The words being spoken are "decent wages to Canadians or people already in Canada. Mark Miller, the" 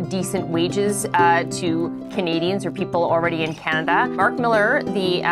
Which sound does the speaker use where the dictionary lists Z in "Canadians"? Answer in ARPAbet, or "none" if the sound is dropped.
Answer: Z